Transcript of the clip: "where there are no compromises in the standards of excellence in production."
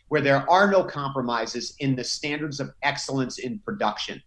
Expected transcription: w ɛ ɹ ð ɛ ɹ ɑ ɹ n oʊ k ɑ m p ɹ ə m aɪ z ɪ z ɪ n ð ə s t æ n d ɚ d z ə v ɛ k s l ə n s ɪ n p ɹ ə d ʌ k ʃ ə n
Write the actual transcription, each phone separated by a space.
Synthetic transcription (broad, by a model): w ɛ ɹ ð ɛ ɹ ɑ ɹ n oʊ k ɑ m p ɹ ə m aɪ z ɪ z ɪ n ð ə s t æ n d ɚ d z ə v ɛ k s l ə n s ɪ n p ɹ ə d ʌ k ʃ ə n